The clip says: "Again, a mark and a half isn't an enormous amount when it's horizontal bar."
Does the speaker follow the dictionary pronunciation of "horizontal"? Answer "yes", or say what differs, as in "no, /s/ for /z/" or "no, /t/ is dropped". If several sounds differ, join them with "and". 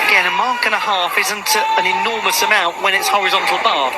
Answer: yes